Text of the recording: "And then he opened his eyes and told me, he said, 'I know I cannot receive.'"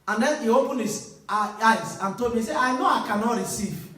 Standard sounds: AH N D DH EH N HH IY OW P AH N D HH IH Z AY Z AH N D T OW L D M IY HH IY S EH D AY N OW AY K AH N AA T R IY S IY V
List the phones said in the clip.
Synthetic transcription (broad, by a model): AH N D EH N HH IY OW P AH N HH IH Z AY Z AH N T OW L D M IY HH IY S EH AY N OW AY K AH N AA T R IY S IY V